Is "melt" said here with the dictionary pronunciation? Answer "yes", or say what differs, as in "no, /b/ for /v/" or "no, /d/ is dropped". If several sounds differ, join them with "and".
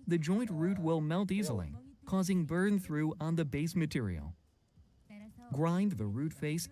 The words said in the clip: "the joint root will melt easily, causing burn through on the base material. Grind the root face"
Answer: yes